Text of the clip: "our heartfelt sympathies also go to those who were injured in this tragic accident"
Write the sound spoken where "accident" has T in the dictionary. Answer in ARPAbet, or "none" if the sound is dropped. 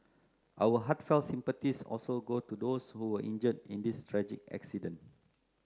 none